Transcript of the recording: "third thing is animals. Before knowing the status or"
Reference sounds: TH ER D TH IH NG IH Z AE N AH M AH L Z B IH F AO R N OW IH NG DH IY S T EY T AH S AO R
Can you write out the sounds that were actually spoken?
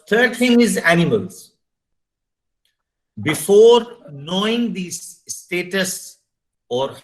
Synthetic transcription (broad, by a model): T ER D T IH NG IH Z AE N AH M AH L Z B IH F AO R N OW IH NG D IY S T EY T AH S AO R